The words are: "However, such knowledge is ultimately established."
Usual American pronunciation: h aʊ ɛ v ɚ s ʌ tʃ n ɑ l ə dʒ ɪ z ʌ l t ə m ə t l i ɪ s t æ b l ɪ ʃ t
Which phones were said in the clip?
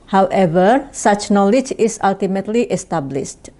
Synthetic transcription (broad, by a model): h aʊ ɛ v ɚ s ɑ tʃ n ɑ l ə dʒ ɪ s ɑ l t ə m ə t l i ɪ s t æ b l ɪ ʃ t